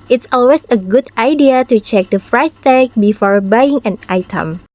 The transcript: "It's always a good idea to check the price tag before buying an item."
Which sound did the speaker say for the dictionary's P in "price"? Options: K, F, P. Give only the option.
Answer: F